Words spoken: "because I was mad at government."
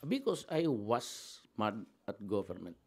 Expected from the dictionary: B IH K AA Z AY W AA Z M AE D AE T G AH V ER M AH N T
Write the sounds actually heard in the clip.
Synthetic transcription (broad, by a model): B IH K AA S AY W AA S M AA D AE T G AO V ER M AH N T